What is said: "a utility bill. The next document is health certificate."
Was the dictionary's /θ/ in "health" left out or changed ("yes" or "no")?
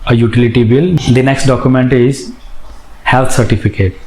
yes